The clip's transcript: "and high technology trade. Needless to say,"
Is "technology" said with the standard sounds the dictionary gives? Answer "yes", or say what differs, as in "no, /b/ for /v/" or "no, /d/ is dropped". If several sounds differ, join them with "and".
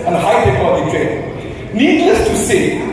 no, /n/ is dropped